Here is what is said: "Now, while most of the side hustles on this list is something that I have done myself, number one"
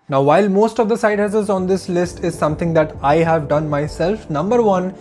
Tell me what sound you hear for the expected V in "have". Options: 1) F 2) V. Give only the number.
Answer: 2